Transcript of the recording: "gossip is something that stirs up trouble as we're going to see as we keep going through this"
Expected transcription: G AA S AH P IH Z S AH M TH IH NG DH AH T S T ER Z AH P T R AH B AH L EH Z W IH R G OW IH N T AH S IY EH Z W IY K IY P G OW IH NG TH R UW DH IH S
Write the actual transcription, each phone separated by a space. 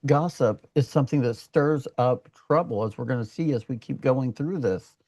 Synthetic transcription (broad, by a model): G AA S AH P IH Z S AH M TH IH NG DH AH T S T ER Z AH P T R AH B L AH Z W IH R G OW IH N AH S IY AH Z W IY K IY P G OW IH NG TH R UW DH IH S